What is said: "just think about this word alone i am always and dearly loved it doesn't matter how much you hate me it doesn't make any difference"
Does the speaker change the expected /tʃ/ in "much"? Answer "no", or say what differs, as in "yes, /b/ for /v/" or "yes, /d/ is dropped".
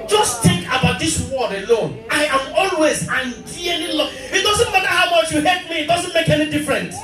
no